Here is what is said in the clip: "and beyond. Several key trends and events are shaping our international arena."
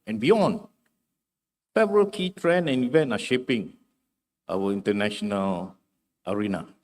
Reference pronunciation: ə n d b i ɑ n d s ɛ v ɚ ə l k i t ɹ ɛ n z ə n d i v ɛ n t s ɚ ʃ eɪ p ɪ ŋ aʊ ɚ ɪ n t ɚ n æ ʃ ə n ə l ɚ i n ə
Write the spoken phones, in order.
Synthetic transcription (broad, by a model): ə n b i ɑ n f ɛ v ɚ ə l k i t ɹ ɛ n ə n i v ɛ n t ɑ ʃ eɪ p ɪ ŋ aʊ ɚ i n t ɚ n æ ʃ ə n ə l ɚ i n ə